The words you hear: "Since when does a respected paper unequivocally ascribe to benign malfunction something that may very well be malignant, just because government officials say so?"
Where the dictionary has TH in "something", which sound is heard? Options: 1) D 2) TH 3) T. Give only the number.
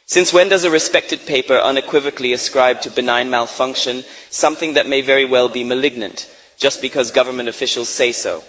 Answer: 2